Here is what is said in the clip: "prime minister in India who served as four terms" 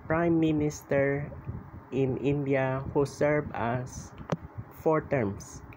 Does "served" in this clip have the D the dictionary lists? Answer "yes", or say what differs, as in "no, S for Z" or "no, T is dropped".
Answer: no, D is dropped